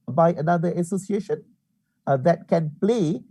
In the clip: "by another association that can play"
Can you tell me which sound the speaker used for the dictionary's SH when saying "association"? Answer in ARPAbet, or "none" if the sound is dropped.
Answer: SH